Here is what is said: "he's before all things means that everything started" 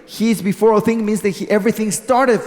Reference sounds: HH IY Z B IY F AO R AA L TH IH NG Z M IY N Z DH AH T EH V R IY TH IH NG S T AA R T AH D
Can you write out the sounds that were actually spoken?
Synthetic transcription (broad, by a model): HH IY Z B IY F AO R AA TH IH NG M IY N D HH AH T EH V R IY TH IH NG S T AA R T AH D